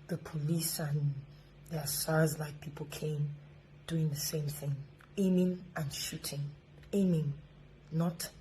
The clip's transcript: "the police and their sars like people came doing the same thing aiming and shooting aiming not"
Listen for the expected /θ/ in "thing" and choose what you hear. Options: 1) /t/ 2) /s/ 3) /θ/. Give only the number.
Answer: 3